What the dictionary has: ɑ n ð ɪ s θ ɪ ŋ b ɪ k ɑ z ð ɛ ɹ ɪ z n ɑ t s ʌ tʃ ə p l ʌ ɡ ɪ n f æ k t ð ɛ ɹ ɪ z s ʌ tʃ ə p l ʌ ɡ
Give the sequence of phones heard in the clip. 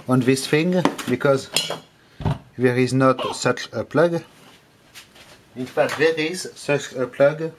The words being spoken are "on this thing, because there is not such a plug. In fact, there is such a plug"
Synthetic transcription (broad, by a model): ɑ n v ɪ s f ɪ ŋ b ɪ k ɑ z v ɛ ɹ ɪ z n ɑ t s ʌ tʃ ə p l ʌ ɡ ɪ n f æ t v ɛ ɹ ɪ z s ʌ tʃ ə p l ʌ ɡ